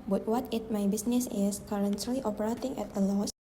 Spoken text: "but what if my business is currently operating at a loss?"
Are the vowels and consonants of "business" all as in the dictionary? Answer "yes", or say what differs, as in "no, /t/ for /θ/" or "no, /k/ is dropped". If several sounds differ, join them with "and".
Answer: no, /s/ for /z/